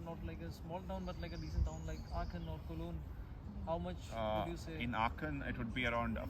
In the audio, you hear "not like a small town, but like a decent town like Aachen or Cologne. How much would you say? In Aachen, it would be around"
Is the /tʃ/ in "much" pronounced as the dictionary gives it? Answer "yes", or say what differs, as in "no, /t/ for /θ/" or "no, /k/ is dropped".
yes